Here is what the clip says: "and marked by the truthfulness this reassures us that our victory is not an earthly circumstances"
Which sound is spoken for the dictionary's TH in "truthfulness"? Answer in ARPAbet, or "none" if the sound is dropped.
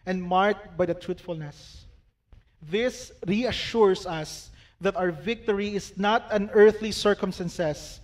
T